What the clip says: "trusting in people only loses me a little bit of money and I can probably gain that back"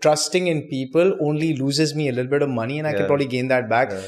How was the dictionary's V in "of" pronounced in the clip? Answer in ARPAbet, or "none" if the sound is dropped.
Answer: V